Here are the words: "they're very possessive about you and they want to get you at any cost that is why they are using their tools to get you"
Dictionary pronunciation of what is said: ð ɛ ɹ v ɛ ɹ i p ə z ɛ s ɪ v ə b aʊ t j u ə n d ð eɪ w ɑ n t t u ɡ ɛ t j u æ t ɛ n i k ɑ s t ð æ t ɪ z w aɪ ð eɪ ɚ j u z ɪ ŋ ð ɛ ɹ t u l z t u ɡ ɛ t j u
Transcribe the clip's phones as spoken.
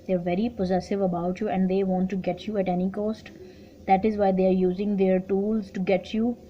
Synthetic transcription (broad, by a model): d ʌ ɹ v ɛ ɹ i p ə z ɛ s ɪ v ə b aʊ t j u ə n d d eɪ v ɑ n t t u ɡ ɛ t j u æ t ɛ n i k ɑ s t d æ t ɪ z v aɪ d eɪ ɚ j u z ɪ ŋ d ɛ ɹ t u l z t u ɡ ɛ t j u